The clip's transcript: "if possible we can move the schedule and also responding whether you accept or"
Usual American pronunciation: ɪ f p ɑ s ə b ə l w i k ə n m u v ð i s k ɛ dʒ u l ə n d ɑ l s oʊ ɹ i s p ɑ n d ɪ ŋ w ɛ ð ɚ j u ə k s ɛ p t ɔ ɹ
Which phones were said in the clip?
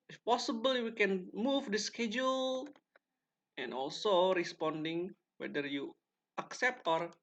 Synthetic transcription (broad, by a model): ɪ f p ɑ s ə b ə l w i k ə n m u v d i s k ɛ dʒ u l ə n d ɑ l s oʊ ɹ i s p ɑ n d ɪ ŋ w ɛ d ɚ j u ə k s ɛ p t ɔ ɹ